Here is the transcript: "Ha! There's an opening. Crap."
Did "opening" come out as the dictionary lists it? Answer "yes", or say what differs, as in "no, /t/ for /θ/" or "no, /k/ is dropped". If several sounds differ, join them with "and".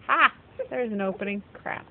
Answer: yes